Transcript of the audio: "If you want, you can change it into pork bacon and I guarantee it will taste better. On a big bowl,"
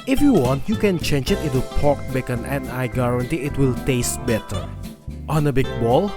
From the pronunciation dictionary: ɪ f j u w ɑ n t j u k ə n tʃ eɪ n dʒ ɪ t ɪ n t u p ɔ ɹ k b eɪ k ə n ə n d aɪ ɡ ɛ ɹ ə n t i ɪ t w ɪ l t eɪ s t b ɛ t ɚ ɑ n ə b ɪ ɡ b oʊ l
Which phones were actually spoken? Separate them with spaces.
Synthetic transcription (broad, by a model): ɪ f j u w ɑ n t j u k ə n tʃ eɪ n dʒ ɪ t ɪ t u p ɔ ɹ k b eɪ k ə n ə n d aɪ ɡ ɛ ɹ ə n t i ɪ t w ɪ l t eɪ s t b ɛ t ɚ ɑ n ə b ɪ ɡ b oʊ l